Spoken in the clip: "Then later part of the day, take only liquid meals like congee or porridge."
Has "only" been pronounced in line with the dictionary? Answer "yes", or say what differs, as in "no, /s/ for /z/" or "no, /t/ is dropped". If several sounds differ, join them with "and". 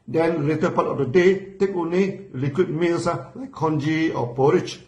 no, /l/ is dropped